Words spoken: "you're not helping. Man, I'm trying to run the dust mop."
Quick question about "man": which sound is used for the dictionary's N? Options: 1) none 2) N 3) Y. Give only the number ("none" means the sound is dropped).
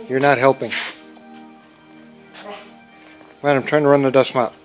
1